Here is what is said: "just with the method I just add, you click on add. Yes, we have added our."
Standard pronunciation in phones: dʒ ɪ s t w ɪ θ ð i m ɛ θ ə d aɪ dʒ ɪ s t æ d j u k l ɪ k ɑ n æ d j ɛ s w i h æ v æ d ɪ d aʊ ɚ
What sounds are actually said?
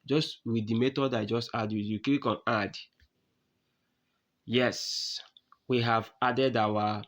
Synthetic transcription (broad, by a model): dʒ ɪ s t w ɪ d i m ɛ t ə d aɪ dʒ ɪ s t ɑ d j u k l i k ɑ n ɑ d j ɛ s w i h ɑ v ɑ d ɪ d aʊ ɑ